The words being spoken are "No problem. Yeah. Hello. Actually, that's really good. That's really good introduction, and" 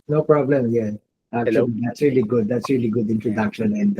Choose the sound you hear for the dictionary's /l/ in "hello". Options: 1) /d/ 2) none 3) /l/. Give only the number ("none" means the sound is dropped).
2